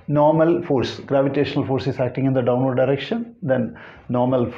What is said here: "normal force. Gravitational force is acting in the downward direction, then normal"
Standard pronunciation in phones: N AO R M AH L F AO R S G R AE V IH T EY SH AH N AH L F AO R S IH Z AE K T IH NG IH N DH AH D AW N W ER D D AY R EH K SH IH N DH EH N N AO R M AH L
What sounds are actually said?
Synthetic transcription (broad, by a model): N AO R M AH L F AO R S G R AE V IH T EY SH AH N AH L F AO R S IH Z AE K T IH NG IH N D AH D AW N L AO D D AY R EH K SH IH N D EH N N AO R M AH L